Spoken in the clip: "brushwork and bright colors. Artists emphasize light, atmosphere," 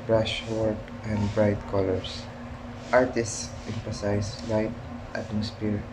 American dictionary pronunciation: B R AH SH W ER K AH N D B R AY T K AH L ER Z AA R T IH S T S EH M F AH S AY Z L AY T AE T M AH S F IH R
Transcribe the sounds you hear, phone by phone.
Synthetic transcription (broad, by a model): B R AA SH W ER K AH N D B R AY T K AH L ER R AA R T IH S T S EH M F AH S AY S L AY T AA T M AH S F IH R